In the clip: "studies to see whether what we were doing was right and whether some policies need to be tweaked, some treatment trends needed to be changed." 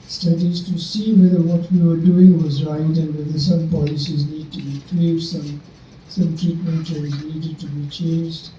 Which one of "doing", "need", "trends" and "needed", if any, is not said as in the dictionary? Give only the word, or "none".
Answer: trends